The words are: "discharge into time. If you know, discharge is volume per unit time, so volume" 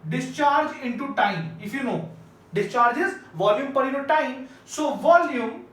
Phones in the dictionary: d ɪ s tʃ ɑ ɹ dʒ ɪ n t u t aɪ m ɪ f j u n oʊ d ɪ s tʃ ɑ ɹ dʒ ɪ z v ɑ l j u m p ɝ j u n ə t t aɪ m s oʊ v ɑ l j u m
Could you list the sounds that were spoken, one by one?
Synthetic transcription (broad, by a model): d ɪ s tʃ ɑ ɹ dʒ ɪ n t u t aɪ m ɪ f j u n oʊ d ɪ s tʃ ɑ ɹ dʒ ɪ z v ɑ l j u m p ɝ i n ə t t aɪ m s oʊ v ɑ l j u m